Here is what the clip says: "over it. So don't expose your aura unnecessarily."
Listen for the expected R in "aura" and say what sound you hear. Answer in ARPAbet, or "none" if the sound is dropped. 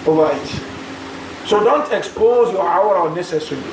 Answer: W